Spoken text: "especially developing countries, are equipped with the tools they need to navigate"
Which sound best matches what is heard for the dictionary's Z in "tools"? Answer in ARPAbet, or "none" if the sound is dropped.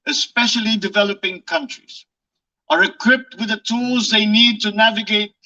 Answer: Z